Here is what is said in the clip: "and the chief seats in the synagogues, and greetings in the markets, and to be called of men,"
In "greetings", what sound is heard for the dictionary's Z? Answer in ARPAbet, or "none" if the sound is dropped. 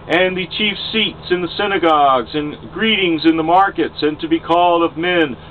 Z